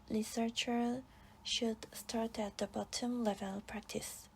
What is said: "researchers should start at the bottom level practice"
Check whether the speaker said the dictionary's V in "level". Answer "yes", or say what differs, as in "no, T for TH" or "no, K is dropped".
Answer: yes